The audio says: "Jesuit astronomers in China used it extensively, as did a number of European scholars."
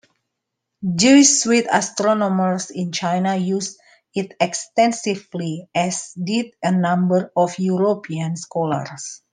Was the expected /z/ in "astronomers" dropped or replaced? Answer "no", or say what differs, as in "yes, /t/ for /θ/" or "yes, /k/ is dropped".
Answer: yes, /s/ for /z/